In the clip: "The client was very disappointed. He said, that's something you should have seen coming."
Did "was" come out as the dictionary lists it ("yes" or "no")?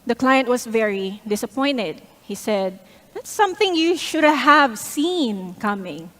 no